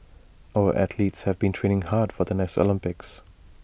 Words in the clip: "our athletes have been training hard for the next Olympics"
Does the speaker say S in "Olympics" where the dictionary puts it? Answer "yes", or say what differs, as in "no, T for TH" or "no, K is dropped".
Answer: yes